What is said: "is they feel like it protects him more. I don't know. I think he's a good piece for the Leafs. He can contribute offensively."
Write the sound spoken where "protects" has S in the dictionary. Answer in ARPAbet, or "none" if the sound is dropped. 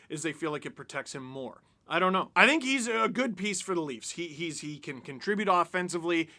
S